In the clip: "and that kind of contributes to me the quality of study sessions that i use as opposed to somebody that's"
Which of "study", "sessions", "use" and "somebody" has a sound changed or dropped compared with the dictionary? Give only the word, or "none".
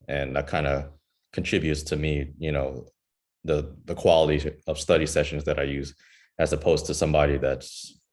none